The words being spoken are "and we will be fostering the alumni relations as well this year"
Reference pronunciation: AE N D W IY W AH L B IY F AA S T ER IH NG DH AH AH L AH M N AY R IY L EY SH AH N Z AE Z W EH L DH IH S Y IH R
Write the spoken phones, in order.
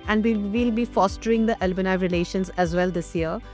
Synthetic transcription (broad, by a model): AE N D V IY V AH L B IY F AA S T ER IH NG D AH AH L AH N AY R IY L EY SH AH N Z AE Z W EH L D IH S Y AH R